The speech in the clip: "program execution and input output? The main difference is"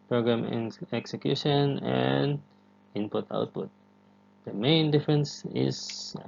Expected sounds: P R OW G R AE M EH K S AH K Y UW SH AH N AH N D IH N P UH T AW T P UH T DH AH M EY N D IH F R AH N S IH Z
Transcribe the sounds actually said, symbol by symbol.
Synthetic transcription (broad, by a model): P R OW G R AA M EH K S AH K Y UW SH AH N AH N D IH N P UH T AW T P UH T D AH M EY N D IH F R AH N S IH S